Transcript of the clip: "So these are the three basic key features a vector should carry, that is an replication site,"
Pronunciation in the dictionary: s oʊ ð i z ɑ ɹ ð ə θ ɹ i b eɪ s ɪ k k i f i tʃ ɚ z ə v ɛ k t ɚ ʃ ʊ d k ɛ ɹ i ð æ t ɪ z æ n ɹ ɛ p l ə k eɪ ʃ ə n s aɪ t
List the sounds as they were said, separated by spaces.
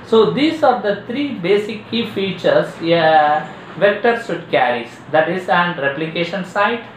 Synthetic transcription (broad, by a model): s oʊ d i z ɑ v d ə t ɹ i b eɪ s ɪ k k i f i tʃ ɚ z v ɛ k t ɚ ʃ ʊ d k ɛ ɹ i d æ t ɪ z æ n ɹ ɛ p l ə k eɪ ʃ ə n s aɪ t